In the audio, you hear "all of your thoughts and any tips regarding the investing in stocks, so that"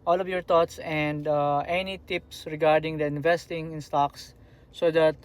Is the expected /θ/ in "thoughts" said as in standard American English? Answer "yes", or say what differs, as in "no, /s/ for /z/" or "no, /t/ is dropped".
no, /t/ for /θ/